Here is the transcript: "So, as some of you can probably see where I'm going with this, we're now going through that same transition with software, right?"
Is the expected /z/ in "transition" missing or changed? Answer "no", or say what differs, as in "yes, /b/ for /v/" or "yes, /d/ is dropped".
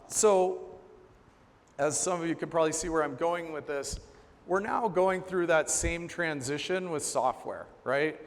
no